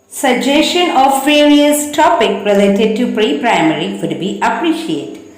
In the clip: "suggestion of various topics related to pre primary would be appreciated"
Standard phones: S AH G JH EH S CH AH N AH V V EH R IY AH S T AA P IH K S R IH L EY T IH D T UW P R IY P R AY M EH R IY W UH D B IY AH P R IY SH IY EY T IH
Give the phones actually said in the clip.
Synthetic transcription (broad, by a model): S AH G JH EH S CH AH N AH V V EH R IY AH S T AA P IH K R IH L EY T IH D T UW P R IY P R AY M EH R IY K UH D B IY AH P R IY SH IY EY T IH